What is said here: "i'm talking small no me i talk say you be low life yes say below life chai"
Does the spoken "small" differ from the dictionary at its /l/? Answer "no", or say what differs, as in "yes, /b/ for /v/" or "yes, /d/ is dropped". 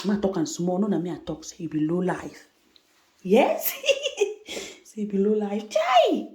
yes, /n/ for /l/